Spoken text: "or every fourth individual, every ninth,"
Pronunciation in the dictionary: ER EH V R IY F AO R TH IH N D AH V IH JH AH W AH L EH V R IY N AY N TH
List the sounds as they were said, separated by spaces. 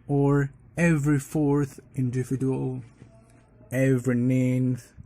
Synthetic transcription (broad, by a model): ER EH V R IY F AO R TH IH N D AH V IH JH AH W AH L EH V R IY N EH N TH